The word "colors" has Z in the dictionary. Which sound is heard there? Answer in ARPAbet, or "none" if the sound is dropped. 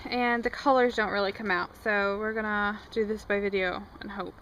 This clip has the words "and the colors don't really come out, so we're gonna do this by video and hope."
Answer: Z